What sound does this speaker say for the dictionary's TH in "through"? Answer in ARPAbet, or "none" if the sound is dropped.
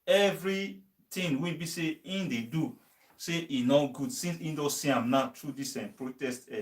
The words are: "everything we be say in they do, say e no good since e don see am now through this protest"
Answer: T